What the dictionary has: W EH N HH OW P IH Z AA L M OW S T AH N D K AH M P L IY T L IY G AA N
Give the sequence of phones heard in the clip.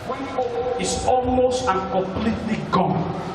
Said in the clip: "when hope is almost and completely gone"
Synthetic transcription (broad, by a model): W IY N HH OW IH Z AA L M OW S T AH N K AH M P L IY T L IY G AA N